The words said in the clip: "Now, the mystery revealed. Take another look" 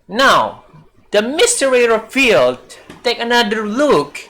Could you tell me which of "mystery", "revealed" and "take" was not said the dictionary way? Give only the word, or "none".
revealed